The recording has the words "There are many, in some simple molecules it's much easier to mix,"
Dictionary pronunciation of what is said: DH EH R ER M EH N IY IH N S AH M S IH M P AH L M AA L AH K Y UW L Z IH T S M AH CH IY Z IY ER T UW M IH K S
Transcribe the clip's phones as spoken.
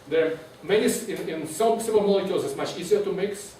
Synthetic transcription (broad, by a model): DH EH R M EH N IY IH N S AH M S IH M AH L M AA L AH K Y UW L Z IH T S M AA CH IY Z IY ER T UW M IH K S